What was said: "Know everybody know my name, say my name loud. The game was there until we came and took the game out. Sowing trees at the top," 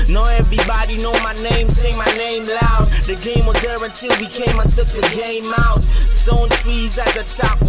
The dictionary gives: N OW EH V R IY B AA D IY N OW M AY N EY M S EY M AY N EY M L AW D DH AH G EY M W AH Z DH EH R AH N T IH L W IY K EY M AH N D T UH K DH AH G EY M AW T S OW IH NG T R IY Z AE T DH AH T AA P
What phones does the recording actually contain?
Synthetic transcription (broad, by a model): N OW EH V R IY B AA D IY N OW M AY N EY M S EY M AY N EY M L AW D DH AH G EY M W AH Z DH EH R AH N T IH L W IY K EY M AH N T UH K DH AH G EY M AW T S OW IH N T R IY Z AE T DH AH T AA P